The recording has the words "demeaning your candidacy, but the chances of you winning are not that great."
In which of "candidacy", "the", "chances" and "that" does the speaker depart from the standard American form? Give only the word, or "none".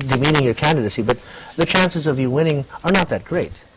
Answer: none